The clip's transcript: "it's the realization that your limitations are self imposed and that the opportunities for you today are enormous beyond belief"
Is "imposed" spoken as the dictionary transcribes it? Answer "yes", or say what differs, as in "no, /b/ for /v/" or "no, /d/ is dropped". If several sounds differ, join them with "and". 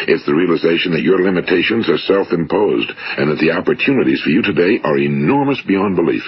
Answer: yes